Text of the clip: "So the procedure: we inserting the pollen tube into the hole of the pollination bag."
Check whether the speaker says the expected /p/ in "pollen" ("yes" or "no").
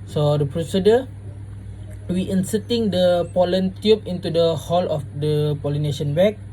yes